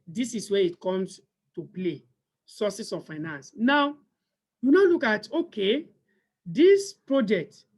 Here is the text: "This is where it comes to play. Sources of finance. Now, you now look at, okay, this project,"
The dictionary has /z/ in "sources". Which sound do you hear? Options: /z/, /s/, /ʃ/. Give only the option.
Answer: /s/